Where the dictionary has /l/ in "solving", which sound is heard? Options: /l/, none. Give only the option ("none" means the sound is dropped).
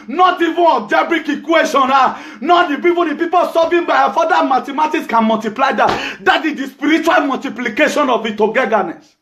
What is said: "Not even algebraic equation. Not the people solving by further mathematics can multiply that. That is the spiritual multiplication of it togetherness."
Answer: none